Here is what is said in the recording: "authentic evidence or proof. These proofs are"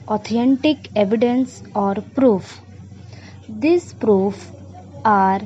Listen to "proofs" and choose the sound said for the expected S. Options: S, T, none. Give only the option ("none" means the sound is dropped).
none